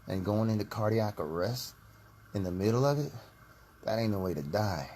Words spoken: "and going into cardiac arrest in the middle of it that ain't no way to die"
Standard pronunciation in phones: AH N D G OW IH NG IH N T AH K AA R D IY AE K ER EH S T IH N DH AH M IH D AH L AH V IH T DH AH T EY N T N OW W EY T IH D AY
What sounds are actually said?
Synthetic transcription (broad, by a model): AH N G OW IH NG IH N T AH K AA R D IY AE K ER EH S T IH N DH AH M IH D L AH V IH T DH AH T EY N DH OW W EY T IH D AY